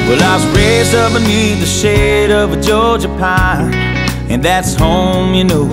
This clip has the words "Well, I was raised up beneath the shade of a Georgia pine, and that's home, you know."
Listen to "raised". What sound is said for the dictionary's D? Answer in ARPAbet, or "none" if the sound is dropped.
none